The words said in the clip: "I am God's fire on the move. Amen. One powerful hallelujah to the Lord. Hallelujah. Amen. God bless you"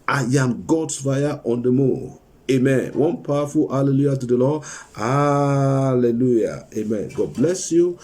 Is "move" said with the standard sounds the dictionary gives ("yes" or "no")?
no